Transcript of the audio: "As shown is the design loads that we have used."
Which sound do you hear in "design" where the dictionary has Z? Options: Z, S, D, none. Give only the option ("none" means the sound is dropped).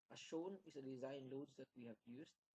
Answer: Z